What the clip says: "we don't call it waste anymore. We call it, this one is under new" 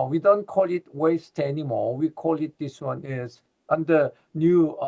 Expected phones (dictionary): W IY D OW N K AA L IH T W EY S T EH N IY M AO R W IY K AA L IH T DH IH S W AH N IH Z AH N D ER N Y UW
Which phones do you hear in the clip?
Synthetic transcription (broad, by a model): W IY D OW N K AA L IH T W EY S T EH N IY M AO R W IY K AA L IH T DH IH S W AH N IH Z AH N D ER N Y UW